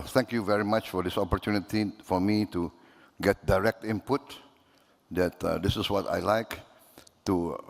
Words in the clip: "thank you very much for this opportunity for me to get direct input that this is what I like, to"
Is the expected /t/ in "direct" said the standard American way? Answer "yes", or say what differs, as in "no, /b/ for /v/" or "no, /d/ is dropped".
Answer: yes